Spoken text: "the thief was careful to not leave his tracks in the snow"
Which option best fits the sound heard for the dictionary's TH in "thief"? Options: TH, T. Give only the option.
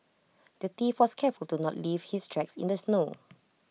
T